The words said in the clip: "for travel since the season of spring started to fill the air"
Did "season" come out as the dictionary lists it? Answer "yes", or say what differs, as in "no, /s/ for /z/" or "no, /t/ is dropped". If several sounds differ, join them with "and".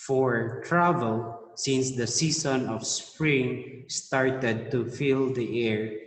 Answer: no, /s/ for /z/